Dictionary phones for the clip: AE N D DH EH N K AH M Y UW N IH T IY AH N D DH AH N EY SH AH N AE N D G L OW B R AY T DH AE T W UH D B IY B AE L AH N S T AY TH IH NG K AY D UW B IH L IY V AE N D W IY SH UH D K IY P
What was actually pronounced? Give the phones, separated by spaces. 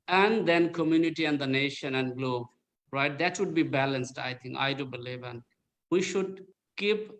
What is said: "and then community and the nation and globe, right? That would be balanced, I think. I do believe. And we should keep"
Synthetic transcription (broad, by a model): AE N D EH N K AH M Y UW N IH T IY AH N D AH N EY SH AH N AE N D G L OW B R AY T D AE T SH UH D B IY B AE L AH N S T AY T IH NG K AY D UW B IH L IY V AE N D W IY SH UH D K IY P